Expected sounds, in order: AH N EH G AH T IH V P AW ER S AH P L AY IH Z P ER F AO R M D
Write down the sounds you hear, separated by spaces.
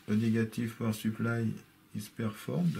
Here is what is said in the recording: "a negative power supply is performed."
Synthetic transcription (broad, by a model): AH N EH G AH T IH F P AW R S AH P L AY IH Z P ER F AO R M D